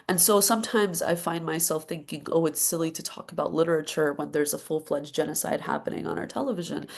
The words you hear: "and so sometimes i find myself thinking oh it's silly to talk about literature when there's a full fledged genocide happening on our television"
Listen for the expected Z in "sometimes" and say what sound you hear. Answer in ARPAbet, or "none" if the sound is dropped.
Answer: Z